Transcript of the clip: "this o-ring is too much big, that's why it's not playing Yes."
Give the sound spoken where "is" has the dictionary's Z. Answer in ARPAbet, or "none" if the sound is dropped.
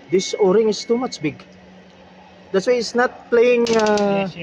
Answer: S